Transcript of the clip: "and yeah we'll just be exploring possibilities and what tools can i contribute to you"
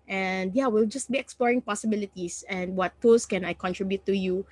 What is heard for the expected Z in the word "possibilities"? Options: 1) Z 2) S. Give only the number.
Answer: 2